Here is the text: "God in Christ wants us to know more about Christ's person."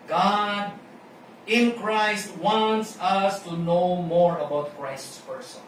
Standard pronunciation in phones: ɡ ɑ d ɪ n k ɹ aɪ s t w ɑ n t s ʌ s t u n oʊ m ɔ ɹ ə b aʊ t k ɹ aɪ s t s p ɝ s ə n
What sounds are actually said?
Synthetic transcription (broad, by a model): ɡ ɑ d ɪ n k ɹ aɪ s t w ɑ n t s ʌ s t u n oʊ m ɔ ɹ ə b aʊ t k ɹ aɪ s t s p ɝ s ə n